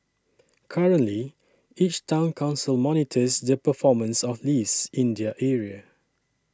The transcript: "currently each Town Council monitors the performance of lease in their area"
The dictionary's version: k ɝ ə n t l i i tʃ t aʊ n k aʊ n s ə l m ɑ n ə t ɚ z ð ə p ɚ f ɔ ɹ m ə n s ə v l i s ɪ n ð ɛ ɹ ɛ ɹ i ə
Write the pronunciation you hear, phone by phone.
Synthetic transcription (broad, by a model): k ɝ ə n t l i i tʃ t aʊ n k aʊ n s ə l m ɑ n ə t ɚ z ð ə p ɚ f ɔ m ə n s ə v l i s ɪ n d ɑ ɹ ɛ ɹ i ə